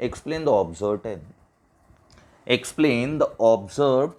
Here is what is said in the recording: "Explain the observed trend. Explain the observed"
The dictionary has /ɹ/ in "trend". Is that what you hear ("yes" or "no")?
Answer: no